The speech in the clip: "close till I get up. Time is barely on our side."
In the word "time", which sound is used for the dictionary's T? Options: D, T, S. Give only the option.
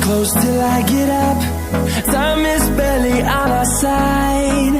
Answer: S